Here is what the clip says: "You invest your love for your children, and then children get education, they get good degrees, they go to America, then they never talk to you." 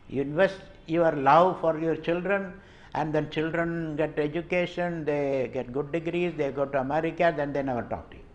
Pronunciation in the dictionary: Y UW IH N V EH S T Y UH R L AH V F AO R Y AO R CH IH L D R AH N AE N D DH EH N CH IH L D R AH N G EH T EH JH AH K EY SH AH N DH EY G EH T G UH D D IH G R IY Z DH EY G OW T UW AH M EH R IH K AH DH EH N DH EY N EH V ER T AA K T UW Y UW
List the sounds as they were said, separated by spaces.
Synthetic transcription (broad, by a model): Y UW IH V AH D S Y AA R L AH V F AO R Y AO R CH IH L D R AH N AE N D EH N CH IH L D R AH N G EH T EH JH AH K EY SH AH N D EY G EH T G UH D D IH G R IY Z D EY G OW T UW AH M EH R IH K AH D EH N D EY N EH V ER T AA K T UW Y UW